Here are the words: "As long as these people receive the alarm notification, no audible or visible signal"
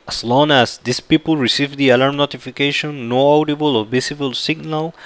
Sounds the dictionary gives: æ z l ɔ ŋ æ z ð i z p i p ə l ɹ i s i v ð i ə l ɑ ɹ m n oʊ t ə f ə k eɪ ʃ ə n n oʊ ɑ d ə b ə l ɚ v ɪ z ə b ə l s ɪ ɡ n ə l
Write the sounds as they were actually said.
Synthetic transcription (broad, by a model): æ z l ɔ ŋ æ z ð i s p i p ə l ɹ i s i v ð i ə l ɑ ɹ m n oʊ t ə f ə k eɪ ʃ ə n n oʊ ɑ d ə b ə l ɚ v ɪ s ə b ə l s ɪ ɡ n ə l